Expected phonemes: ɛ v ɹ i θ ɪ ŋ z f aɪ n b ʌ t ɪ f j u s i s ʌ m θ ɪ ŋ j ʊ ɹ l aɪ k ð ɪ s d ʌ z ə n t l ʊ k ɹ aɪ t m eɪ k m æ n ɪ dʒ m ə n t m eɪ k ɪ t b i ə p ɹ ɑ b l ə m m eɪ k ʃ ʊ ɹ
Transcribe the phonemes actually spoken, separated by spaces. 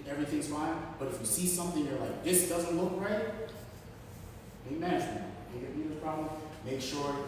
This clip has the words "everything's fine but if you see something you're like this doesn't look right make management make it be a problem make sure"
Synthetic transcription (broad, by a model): ɛ v ɹ i θ ɪ ŋ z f aɪ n b ʌ t ɪ f j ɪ s i s ʌ m θ ɪ ŋ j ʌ ɹ l aɪ k ð ɪ s d ʌ z ə n t l ʊ k ɹ aɪ t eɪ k m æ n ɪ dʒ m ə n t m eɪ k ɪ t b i ə p ɹ ɑ b l ə m m eɪ k ʃ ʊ ɹ